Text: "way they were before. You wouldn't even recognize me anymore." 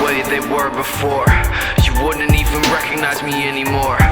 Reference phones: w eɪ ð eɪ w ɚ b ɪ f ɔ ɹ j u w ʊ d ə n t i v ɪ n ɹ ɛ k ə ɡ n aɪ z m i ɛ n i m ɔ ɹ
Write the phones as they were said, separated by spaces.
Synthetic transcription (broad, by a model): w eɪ ð eɪ w ɚ b ɪ f ɔ ɹ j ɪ w ʊ d n t i v ɪ n ɹ ɛ k ə ɡ n aɪ z m i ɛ n i m ɔ ɹ